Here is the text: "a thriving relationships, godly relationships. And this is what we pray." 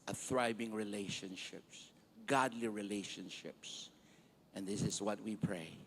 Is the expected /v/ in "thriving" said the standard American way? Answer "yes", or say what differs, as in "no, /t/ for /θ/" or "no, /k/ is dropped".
no, /b/ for /v/